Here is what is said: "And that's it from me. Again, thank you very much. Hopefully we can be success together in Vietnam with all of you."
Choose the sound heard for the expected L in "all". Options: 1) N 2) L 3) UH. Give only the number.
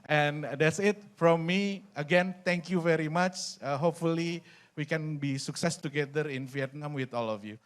2